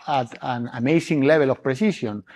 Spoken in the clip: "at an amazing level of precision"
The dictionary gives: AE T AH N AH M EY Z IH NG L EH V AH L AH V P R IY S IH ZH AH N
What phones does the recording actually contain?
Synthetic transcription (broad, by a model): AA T AH N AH M EY S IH NG L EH B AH L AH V P R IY S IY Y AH N